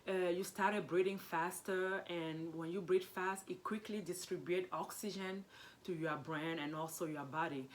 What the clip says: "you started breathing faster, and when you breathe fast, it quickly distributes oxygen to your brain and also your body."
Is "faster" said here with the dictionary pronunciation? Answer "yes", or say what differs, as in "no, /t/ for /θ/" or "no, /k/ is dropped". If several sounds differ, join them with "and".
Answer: yes